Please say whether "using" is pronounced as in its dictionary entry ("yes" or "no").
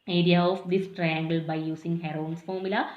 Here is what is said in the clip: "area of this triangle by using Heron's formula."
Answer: no